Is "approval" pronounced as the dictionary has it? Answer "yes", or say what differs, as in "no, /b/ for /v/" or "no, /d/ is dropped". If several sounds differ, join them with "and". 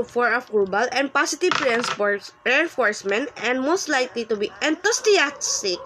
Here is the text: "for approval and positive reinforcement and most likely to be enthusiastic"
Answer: no, /b/ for /v/